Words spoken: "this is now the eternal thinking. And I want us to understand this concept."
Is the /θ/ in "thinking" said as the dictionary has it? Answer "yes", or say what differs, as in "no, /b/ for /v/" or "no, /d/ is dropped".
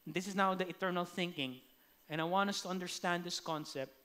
yes